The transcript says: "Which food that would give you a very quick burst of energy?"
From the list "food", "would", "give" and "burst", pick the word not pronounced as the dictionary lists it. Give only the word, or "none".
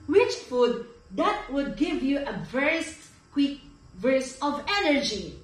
burst